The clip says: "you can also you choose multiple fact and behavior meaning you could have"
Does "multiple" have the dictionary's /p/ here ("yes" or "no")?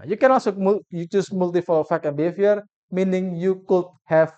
no